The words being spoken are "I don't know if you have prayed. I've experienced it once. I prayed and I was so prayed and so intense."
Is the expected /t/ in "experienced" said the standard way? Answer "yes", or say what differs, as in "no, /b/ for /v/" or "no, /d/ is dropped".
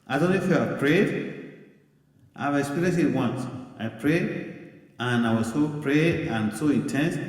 no, /t/ is dropped